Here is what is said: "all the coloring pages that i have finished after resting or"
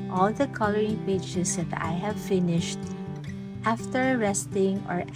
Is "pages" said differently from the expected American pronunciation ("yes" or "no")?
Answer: yes